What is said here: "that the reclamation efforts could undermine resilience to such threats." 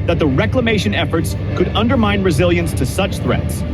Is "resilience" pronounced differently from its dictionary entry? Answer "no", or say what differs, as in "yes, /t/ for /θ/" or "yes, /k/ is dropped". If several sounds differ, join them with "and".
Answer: no